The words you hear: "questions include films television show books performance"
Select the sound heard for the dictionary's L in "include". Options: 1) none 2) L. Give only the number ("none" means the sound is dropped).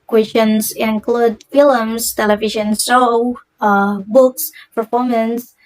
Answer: 2